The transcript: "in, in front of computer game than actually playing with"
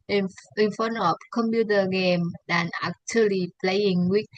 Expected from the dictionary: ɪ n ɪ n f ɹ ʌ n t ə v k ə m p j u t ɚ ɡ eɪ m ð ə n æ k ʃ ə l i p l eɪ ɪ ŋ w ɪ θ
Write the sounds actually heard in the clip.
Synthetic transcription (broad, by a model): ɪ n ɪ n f ʌ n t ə p k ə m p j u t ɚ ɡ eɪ m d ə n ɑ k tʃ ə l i p l eɪ ɪ ŋ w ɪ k